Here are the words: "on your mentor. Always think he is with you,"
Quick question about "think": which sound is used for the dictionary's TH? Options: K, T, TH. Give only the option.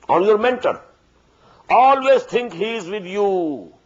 T